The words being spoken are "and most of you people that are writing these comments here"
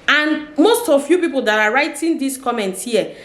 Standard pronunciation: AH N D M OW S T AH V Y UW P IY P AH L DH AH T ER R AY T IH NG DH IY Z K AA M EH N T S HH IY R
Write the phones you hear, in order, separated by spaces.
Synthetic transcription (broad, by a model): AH N M OW S T AH V Y UW P IY P AH L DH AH T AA R AY T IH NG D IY S K AA M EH N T HH IY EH